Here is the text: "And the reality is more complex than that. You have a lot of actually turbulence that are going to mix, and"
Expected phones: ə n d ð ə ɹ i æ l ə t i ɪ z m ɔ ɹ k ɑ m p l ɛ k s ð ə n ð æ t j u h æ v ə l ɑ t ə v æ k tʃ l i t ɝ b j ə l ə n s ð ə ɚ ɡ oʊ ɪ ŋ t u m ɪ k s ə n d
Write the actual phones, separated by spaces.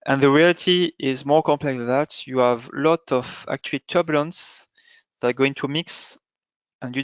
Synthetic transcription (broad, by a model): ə n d ð ə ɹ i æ l t i ɪ z m ɔ ɹ k ɑ m p l ɛ k s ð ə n ð æ t j u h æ v l ɑ t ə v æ k tʃ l t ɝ b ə l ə n s ð ə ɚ ɡ oʊ ɪ ŋ t u m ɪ k s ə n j